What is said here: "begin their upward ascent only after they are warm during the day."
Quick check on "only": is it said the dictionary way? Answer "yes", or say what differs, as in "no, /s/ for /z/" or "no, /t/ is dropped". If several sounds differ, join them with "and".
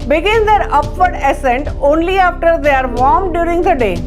yes